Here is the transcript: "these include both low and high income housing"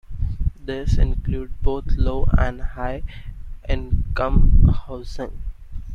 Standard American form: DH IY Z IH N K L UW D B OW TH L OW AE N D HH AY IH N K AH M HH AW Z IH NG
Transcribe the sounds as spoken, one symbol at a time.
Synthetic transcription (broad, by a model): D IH S IH N K L UW D B OW T L OW AE N D HH AY IH N K AH M HH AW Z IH NG